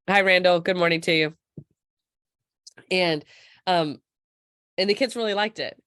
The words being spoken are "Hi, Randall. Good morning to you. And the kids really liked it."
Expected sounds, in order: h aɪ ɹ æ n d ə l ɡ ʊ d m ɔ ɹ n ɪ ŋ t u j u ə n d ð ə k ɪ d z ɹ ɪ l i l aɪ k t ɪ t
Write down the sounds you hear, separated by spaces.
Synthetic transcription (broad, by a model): h aɪ ɹ æ n d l ɡ ʊ d m ɔ ɹ n ɪ ŋ t u j u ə n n ð ə k ɪ d z ɹ ɪ l i l aɪ k t ɪ t